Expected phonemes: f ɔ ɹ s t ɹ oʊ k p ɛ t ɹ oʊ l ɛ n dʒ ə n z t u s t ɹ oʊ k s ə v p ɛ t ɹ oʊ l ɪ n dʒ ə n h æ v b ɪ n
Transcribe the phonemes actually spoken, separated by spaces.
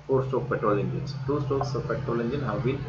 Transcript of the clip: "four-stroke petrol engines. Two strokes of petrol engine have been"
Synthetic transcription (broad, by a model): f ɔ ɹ s t oʊ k p ɛ t ɹ oʊ l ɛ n dʒ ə n s t u s t oʊ k s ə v p ɛ t ɹ oʊ l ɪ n dʒ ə n h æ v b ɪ n